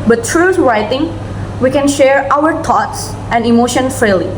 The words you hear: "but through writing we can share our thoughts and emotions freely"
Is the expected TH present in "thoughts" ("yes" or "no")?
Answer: no